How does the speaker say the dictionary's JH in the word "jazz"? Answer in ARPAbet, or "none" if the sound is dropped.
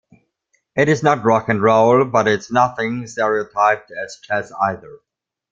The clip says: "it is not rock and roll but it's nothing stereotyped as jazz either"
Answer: CH